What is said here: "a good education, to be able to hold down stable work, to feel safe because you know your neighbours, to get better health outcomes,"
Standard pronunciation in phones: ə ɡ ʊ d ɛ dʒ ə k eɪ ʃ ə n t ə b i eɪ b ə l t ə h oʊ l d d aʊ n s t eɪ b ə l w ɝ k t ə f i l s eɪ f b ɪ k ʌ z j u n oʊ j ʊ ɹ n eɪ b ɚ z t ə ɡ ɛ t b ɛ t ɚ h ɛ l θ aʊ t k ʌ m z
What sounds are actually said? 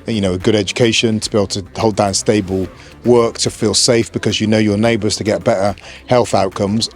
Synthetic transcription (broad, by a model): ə ɡ ʊ d ɛ dʒ ə k eɪ ʃ ə n t ə b i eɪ b l t ə h oʊ l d d aʊ n s t eɪ b ə l w ɝ k t ə f i l s eɪ f b ɪ k ʌ z j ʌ n oʊ j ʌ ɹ n eɪ b ɚ z t ə ɡ ɛ t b ɛ t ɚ h ɛ l θ aʊ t k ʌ m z